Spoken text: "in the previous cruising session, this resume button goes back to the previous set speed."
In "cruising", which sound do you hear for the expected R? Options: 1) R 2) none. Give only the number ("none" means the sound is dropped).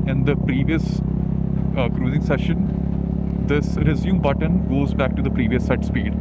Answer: 1